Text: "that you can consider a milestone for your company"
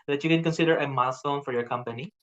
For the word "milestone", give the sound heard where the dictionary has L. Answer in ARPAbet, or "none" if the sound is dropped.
none